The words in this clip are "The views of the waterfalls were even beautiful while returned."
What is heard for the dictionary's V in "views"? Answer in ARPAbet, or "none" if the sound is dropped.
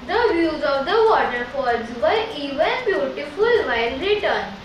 V